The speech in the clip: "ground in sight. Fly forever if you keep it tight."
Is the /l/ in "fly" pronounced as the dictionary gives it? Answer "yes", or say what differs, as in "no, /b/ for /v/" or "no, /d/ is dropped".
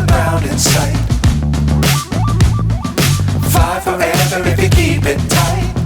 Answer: no, /l/ is dropped